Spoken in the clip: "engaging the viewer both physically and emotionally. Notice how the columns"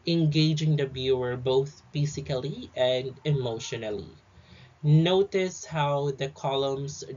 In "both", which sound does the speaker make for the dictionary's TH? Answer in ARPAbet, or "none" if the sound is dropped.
TH